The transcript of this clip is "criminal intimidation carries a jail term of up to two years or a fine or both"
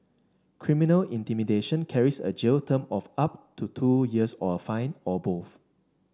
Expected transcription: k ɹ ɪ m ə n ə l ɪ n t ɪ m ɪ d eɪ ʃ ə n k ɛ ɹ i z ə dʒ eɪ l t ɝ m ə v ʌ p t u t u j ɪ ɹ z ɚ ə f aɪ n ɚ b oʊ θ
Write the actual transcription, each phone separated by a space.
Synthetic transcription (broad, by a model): k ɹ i m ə n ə l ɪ n t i m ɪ d eɪ ʃ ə n k ɛ ɹ i s ə dʒ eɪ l t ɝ m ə f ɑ p t u t u j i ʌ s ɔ ə f aɪ n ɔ b oʊ f